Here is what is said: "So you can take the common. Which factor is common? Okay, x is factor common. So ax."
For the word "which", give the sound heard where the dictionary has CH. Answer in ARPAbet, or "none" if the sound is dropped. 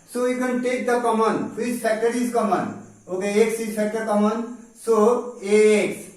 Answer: S